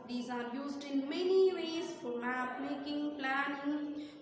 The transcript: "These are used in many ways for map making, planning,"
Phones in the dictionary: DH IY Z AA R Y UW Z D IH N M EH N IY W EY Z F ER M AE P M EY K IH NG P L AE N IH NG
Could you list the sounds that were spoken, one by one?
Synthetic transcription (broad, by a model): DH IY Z AA R Y UW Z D IH N M EH N IY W EY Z F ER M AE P M EY K IH NG P L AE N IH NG